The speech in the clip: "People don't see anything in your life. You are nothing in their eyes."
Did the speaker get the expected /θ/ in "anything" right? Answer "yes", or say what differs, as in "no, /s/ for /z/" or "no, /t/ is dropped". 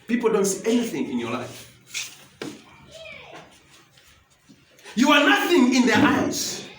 yes